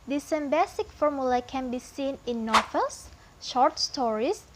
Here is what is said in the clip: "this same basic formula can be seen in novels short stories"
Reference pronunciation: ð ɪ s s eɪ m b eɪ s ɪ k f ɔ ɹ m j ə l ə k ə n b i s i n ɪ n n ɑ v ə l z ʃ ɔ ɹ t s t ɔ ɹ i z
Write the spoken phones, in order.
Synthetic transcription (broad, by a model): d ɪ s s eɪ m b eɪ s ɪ k f ɔ ɹ m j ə l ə k ə n b i s i n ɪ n n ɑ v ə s ʃ ɔ ɹ t s t ɔ ɹ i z